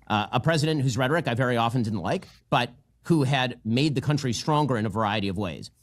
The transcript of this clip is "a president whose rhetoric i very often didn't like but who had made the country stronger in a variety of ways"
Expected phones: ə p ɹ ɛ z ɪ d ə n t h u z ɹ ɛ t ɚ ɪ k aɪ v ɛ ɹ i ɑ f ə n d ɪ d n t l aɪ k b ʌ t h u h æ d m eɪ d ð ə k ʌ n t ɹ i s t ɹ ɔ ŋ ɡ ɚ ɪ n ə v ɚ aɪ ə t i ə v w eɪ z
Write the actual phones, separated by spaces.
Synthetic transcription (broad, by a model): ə p ɹ ɛ z ɪ d ə n t h u z ɹ ɛ t ɚ ɪ k aɪ v ɛ ɹ i ɑ f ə n d ɪ d n t l aɪ k b ʌ t h u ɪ d m eɪ d ð ə k ʌ n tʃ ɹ i s t ɹ ɔ ŋ ɡ ɚ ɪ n ə v ɚ aɪ ə t i ə v w eɪ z